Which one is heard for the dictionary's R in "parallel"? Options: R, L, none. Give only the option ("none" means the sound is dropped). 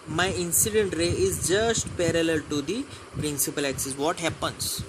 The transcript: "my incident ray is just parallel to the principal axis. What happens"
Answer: R